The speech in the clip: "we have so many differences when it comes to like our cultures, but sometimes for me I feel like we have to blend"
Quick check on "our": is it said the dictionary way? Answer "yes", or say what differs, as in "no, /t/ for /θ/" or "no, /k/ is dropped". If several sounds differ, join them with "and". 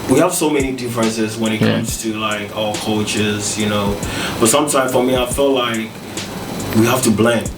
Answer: no, /l/ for /ɹ/